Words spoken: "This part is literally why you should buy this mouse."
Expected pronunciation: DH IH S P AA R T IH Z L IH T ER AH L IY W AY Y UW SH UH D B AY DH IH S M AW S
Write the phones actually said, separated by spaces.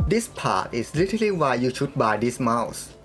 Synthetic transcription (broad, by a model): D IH S P AA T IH S L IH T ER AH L IY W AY Y UW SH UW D B AY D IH S M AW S